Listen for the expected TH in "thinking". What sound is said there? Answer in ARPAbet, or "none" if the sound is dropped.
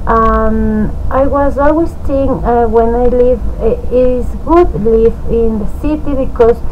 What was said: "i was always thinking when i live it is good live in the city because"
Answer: T